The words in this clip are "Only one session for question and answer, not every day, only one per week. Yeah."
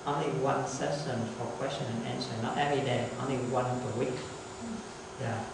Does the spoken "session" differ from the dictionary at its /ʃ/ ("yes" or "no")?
yes